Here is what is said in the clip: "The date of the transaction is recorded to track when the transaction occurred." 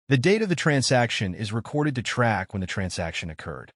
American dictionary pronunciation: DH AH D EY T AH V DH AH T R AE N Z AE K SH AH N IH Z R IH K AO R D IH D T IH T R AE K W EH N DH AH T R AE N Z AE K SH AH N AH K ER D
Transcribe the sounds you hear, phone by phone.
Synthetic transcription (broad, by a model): DH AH D EY T AH V DH AH T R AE N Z AE K SH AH N IH Z R IH K AO R D IH D T IH T R AE K W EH N DH AH T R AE N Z AE K SH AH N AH K ER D